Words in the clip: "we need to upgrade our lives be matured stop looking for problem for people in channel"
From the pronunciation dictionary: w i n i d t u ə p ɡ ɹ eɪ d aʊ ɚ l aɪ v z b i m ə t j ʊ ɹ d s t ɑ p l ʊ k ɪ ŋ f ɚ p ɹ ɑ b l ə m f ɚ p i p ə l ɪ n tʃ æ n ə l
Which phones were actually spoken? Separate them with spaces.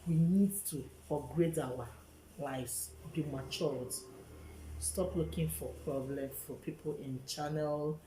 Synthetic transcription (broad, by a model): w i n i d t u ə ɡ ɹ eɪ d aʊ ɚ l aɪ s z b i m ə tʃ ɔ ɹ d s t ɑ p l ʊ k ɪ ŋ f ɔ p ɹ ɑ b l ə m f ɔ p i p ə l ɪ n tʃ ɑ n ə l